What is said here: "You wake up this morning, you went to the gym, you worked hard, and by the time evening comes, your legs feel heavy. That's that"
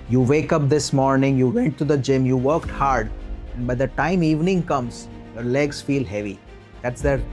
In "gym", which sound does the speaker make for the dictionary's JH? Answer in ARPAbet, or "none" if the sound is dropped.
JH